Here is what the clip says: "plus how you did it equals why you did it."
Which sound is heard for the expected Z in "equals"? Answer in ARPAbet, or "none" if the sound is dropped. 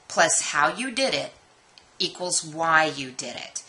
Z